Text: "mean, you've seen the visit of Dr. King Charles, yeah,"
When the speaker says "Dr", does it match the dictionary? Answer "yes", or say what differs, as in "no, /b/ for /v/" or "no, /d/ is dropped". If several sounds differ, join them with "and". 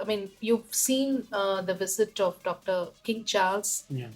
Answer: yes